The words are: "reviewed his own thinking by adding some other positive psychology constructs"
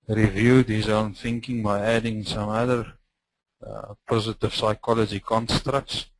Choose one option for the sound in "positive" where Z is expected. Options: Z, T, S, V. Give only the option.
Z